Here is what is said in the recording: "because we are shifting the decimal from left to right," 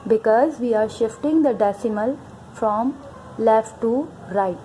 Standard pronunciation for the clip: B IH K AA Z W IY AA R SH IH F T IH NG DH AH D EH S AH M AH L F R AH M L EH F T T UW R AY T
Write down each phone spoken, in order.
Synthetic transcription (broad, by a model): B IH K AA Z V IY AA R SH IH F T IH NG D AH D EH S AH M AH L F R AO M L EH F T T UW R AY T